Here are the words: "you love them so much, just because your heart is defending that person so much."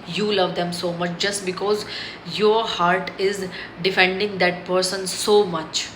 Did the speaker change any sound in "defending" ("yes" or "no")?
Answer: no